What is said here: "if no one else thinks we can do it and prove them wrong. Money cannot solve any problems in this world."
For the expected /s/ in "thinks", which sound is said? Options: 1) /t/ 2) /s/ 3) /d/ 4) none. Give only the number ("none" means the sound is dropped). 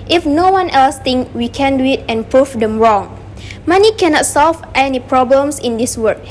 4